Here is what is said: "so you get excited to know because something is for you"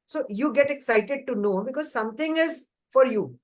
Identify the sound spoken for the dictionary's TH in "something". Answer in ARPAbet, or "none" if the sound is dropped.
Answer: T